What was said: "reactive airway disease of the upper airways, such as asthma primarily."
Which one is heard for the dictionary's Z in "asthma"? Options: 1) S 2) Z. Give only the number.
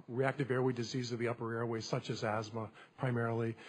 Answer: 2